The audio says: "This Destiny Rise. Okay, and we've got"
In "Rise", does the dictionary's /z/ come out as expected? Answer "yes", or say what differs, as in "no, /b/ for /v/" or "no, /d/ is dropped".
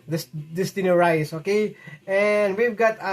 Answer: no, /s/ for /z/